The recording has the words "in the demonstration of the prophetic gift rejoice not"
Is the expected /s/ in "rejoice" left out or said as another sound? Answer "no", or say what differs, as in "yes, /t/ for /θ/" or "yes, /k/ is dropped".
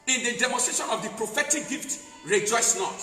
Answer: no